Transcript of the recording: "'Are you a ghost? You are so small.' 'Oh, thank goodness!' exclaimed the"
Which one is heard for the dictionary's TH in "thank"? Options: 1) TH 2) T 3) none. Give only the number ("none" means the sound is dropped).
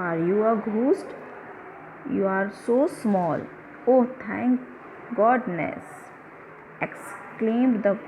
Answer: 2